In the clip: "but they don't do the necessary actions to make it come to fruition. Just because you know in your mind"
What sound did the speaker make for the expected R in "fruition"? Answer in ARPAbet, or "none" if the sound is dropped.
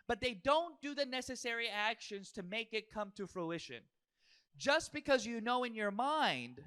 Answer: R